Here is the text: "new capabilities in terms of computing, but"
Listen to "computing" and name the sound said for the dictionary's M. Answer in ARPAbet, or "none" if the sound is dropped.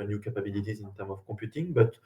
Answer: none